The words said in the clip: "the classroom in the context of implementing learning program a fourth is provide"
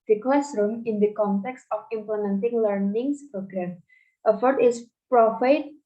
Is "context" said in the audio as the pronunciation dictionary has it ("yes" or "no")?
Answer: yes